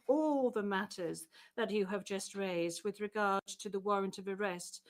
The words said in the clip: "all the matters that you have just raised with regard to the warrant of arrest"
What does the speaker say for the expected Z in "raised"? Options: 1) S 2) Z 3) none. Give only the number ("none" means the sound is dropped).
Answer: 2